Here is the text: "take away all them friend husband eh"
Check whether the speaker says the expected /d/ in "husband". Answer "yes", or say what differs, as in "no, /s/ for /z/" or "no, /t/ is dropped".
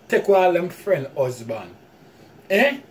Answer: no, /d/ is dropped